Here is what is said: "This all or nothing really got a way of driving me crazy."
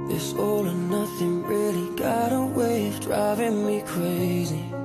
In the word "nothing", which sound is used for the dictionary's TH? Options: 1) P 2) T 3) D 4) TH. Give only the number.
4